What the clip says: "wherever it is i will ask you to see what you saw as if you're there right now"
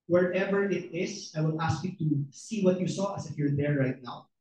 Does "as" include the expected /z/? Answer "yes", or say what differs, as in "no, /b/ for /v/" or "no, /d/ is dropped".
no, /s/ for /z/